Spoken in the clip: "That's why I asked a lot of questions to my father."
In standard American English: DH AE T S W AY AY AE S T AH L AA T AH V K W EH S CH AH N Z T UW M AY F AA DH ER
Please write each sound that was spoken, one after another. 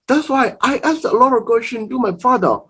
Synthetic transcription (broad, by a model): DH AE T S W AY AY AE S T AH L AA T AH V K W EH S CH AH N T UW M AY F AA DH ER